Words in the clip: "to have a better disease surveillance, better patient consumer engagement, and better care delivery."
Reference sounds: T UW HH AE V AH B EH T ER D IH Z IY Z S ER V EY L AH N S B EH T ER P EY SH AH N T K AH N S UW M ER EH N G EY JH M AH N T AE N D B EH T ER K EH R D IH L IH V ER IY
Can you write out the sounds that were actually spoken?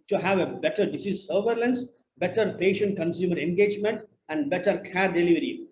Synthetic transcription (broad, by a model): T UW HH AE V AH B EH T ER D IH S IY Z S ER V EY L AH N S B EH T ER P EY SH AH N T K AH N S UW M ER EH N G EY JH M AH N T AE N D B EH T ER K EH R D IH L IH V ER IY